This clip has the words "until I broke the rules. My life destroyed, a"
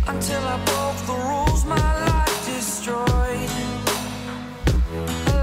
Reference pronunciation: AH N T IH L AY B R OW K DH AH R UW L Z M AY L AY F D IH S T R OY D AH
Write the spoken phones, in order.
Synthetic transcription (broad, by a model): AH N T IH L AY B OW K DH AH R UW L Z M AY L AY F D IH S T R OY AH